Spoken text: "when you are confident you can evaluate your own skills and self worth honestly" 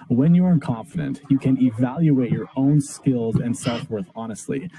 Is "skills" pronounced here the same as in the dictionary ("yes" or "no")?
yes